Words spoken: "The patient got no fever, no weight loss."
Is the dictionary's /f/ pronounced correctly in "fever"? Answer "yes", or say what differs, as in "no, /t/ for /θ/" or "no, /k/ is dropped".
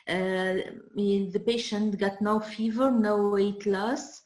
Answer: yes